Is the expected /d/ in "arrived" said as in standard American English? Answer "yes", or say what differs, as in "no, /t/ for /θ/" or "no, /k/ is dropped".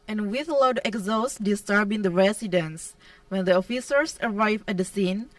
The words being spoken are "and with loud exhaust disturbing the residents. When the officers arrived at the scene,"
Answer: no, /d/ is dropped